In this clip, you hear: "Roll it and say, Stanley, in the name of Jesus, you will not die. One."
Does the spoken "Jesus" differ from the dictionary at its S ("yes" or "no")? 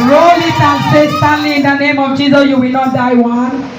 yes